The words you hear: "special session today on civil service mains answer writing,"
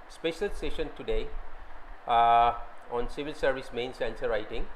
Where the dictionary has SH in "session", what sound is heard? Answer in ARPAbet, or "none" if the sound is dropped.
SH